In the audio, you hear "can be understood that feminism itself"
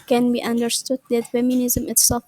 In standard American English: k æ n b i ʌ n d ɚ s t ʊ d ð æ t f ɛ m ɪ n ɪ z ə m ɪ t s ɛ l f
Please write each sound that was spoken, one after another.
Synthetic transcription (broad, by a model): k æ n b i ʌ n d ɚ s t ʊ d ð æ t f ɛ m ɪ n ɪ z ə m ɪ t s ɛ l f